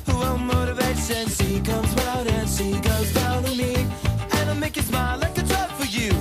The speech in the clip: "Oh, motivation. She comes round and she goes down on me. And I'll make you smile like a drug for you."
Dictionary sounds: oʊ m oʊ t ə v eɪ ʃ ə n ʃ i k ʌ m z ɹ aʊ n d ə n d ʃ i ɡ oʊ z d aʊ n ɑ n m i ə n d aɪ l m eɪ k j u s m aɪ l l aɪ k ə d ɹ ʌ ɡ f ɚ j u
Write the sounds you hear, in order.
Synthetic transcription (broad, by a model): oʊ m oʊ t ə v eɪ s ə n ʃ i k ʌ m z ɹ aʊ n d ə n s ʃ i ɡ oʊ z d aʊ n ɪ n m i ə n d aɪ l m eɪ k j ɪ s m aɪ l l aɪ k ə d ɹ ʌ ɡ f ɚ j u